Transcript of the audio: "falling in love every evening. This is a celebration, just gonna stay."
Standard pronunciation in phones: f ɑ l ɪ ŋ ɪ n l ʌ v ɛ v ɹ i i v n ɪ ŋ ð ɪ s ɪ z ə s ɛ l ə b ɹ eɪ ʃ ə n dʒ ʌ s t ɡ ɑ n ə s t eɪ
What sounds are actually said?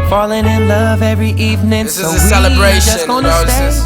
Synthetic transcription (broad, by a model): f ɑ l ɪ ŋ ɪ n l ʌ v ɛ v ɹ i i v n ɪ ŋ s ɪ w ə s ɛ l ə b ɹ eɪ ə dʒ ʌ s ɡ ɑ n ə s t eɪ